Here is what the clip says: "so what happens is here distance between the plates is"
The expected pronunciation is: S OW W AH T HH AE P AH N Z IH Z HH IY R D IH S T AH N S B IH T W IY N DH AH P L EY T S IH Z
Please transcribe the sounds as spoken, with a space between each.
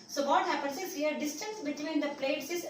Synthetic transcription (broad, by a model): S OW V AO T HH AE P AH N S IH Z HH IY R D IH S T AH N S B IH T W IY N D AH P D EY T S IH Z